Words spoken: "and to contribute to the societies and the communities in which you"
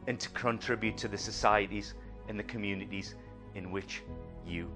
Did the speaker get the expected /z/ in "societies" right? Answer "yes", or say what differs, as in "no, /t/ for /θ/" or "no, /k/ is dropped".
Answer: yes